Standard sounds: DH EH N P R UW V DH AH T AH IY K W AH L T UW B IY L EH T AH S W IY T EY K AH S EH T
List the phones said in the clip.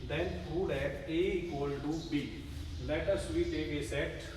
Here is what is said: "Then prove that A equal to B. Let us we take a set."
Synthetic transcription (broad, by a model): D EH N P UW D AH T AH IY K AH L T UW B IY L EH T AH S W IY T EY K AH S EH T